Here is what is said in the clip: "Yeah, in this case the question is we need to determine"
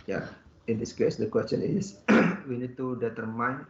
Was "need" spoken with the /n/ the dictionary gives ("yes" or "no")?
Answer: yes